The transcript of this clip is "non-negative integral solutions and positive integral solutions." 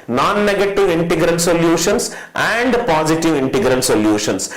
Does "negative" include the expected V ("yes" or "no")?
yes